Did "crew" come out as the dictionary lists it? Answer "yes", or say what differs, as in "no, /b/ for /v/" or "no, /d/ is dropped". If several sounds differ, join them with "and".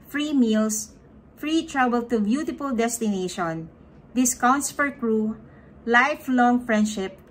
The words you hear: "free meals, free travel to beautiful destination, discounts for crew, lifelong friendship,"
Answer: yes